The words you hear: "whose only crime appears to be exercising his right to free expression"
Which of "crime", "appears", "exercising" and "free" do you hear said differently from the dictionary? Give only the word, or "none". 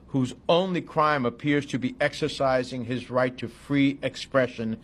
none